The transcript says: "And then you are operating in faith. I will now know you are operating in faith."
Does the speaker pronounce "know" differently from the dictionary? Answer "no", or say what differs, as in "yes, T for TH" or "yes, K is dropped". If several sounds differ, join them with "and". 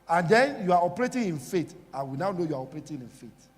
no